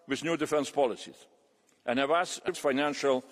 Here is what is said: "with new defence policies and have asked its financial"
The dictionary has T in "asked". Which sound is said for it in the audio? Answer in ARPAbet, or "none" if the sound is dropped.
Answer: none